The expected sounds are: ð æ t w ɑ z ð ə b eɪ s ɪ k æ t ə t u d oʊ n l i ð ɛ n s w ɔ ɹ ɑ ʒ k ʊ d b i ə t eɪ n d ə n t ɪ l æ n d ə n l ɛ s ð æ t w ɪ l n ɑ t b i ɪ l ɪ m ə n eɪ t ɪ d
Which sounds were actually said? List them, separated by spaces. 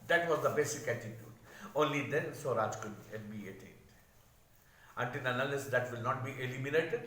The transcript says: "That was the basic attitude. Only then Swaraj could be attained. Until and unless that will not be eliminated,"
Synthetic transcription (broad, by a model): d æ t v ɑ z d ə b eɪ s ɪ k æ t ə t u d oʊ n l i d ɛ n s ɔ ɹ ɑ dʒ k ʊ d b i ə t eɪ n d ə n t ɪ l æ n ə l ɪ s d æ t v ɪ l n ɑ t b i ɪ l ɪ m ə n eɪ t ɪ d